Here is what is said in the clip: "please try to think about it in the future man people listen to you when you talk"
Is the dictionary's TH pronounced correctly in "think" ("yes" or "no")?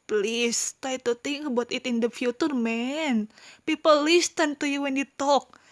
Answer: no